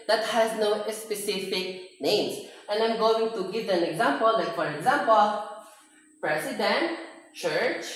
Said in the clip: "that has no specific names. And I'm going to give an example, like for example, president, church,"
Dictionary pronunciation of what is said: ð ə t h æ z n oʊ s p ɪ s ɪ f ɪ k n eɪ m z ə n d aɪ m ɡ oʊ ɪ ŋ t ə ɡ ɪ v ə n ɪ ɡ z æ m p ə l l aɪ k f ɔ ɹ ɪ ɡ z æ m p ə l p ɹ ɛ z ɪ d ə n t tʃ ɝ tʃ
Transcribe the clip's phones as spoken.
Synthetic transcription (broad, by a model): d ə t h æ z n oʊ s p ɪ s ɪ f ɪ k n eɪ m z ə n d aɪ m ɡ oʊ ɪ ŋ t ə ɡ ɪ v ə n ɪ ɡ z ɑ m p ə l l aɪ k f ɔ ɹ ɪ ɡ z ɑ m p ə l p ɹ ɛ s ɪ d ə n t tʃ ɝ tʃ